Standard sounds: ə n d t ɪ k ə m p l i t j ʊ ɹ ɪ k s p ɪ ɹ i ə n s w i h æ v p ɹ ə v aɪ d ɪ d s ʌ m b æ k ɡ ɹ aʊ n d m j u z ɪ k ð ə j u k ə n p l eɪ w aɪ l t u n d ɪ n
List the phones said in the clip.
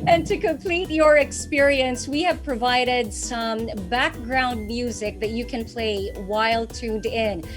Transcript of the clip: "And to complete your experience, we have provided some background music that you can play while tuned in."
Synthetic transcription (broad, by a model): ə n t ɪ k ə m p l i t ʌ ɹ ɪ k s p ɪ ɹ i ə n s w i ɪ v p ɹ ə v aɪ d ɪ d s ʌ m b æ k ɡ ɹ aʊ n d m j u z ɪ k ð ə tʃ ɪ k ə n p l eɪ w aɪ l t u n d ɪ n